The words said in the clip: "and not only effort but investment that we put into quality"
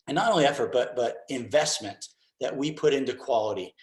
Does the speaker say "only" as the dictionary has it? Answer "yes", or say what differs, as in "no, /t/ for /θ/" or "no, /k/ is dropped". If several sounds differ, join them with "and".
no, /n/ is dropped